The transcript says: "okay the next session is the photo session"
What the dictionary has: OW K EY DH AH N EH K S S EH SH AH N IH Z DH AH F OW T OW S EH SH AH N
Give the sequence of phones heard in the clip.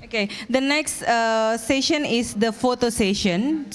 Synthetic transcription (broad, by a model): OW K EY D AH N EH K S S EH SH AH N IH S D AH F OW T OW S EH SH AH N